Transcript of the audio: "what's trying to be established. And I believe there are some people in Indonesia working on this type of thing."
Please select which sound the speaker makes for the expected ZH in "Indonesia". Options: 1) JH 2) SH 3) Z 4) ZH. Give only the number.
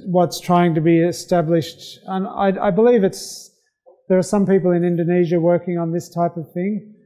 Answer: 4